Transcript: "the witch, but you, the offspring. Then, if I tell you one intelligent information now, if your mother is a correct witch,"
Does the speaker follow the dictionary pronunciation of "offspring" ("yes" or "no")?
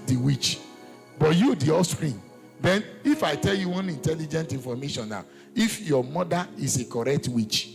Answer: no